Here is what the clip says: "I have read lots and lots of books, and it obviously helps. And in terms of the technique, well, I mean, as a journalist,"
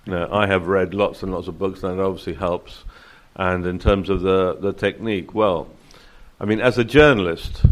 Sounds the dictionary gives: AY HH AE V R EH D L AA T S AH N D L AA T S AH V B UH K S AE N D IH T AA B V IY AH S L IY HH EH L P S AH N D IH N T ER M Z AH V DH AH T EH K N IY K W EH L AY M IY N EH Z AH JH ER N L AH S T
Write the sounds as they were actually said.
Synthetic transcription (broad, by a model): AY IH V R EH D L AA T S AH N L AA T S AH V B UH K S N IH T AA B V IY AH S L IY HH EH L P S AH N IH N T ER M Z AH V DH AH T EH K N IY K W EH L AY M IY N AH Z AH JH ER N L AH S T